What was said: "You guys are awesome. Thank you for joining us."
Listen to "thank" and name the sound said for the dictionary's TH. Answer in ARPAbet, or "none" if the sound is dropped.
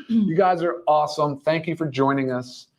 TH